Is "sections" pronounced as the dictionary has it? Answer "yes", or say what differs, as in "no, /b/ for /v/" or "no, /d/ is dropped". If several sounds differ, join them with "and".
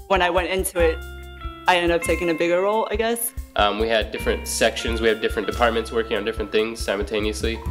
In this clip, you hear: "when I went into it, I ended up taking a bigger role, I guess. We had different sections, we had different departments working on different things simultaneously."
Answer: yes